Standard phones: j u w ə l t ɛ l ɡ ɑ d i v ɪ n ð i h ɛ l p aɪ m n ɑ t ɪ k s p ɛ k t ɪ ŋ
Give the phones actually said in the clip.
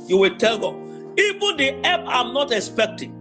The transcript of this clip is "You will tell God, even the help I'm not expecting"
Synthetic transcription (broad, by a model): j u w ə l t ɛ l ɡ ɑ i v ɪ n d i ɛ p aɪ m n ɑ t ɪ k s p ɛ k t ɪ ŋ